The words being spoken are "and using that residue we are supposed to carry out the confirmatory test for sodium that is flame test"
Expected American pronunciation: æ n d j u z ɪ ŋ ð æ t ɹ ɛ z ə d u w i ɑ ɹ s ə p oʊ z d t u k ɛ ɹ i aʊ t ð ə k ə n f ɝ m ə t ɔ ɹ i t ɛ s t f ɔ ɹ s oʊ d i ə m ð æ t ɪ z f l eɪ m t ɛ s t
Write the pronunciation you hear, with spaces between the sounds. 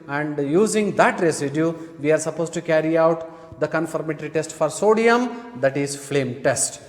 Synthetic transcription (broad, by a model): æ n d j u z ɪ ŋ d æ t ɹ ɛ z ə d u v i ɑ ɹ s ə p oʊ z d t u k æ ɹ i aʊ t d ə k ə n f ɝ m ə t ɹ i t ɛ s t f ɔ ɹ s oʊ d i ə m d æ t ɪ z f l eɪ m t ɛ s t